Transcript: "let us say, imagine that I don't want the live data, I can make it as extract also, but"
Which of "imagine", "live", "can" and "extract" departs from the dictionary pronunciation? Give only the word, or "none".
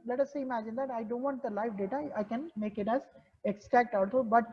live